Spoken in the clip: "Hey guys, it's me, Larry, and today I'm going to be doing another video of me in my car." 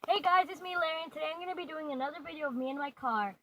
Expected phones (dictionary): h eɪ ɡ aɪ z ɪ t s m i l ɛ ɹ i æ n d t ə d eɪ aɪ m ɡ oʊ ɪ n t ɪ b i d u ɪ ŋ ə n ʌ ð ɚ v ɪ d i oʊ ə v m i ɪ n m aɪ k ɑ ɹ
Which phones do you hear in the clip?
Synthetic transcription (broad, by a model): h eɪ ɡ aɪ z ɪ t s m i l ɛ ɹ i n t ə d eɪ aɪ m ɡ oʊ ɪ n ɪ b i d u ɪ ŋ ə n ʌ ð ɚ v ɪ d i oʊ ə v m i ɪ n m aɪ k ɑ ɹ